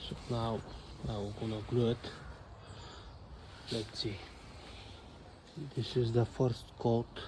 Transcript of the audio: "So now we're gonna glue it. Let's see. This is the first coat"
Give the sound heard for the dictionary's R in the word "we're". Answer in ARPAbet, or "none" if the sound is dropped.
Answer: W